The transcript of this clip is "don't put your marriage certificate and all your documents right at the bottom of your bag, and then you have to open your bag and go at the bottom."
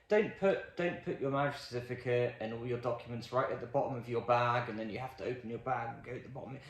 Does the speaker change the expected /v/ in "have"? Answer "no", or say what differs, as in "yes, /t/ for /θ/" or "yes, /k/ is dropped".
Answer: yes, /f/ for /v/